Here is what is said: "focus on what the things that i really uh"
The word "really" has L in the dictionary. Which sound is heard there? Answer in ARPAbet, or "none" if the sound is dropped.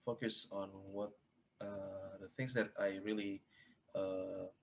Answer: L